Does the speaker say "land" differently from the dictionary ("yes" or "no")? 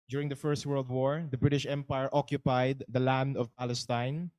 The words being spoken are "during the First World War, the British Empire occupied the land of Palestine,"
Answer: no